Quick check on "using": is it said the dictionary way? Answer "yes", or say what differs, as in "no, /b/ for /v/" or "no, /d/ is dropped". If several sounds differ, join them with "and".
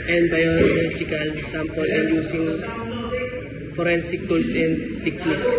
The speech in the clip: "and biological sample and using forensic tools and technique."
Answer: no, /s/ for /z/